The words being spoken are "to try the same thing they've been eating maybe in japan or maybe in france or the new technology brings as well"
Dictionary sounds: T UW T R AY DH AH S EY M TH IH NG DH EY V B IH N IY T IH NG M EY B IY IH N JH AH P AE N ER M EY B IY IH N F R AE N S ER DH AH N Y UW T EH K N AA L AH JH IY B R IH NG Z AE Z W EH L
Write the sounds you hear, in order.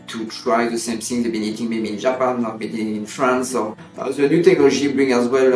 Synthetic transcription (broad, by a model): T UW T R AY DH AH S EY M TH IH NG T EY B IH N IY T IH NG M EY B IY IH N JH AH P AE N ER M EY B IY IH N F R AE N S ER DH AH N Y UW T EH K N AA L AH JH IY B R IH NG AE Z W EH L